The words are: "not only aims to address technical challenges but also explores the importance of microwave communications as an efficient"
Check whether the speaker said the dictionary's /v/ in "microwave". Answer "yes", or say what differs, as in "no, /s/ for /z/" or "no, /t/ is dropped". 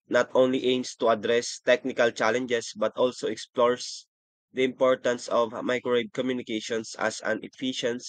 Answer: no, /b/ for /v/